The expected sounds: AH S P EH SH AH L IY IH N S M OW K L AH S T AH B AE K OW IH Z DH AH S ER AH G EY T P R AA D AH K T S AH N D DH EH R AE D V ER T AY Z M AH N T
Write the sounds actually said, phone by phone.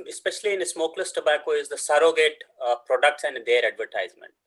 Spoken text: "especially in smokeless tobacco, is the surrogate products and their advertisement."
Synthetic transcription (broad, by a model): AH S P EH SH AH L IY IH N S M OW K L AH S T AH B AE K OW IH Z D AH S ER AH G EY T P R AA D AH K T S AH N D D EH R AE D V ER T AY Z M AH N T